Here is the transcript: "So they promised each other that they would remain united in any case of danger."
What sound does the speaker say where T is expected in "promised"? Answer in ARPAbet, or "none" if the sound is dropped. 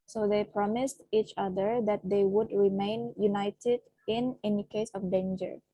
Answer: T